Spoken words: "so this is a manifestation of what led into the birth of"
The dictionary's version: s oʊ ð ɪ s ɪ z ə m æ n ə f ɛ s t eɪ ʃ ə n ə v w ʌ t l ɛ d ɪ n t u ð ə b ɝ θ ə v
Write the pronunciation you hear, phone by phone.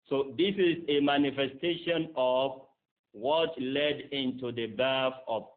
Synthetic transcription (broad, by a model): s oʊ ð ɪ s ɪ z ə m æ n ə f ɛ s t eɪ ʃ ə n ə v w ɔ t l ɛ d ɪ n t u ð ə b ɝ f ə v